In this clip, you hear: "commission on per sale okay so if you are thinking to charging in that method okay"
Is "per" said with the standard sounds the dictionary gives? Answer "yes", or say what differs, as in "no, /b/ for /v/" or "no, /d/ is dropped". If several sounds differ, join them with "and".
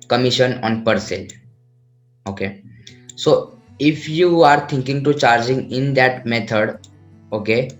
yes